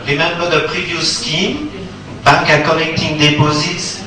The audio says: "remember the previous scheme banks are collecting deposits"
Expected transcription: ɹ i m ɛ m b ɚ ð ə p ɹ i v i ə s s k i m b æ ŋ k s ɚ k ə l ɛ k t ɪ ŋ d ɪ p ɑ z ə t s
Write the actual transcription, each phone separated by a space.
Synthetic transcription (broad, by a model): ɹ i m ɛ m b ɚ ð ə p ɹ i v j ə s s k i m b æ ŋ k ɚ k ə n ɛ k t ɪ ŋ d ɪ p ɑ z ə t s